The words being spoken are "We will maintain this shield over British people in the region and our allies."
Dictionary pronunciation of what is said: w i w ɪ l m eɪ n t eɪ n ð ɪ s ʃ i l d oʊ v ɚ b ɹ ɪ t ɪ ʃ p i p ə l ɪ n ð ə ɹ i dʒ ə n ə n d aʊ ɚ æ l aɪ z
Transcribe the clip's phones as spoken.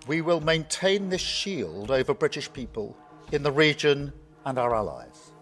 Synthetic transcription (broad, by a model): w i w ɪ l m eɪ n t eɪ n ð ɪ s ʃ i l d oʊ v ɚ b ɹ ɪ t ɪ ʃ p i p ə l ɪ n ð ə ɹ i dʒ ə n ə n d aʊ ɚ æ l aɪ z